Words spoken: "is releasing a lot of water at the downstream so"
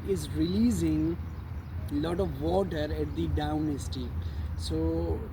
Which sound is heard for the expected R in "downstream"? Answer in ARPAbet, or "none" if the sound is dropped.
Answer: none